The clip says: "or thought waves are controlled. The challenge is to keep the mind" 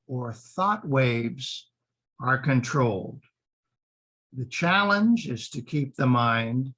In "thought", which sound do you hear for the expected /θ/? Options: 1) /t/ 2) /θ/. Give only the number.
2